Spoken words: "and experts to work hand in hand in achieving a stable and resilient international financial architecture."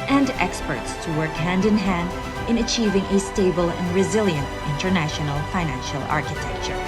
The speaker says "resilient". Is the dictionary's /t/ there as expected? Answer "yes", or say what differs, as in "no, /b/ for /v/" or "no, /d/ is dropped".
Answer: yes